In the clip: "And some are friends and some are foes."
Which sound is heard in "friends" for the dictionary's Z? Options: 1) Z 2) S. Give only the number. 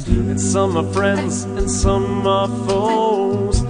1